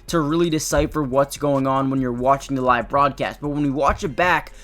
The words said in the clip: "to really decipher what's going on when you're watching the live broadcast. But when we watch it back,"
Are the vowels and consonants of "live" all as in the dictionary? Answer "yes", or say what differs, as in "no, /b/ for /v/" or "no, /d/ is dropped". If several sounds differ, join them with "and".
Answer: yes